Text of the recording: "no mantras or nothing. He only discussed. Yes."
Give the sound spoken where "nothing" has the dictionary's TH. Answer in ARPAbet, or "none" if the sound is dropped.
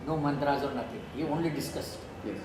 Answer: T